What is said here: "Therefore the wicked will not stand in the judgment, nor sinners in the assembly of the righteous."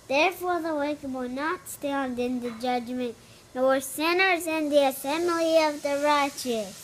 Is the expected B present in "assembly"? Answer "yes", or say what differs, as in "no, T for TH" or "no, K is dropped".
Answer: no, B is dropped